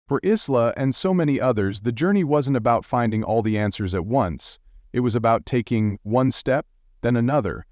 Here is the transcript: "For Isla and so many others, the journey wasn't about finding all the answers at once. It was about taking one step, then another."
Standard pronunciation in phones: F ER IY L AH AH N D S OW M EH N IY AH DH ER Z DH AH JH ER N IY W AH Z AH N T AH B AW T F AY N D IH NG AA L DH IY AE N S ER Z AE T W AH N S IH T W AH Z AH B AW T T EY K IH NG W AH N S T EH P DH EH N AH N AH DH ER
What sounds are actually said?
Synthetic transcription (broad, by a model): F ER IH L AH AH N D S OW M EH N IY AH DH ER Z DH AH JH ER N IY W AH Z AH N T AH B AW T F AY N D IH NG AA L DH IY AE N S ER Z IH T W AH N S IH T W AH Z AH B AW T T EY K IH NG W AH N S T EH P DH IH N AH N AH DH ER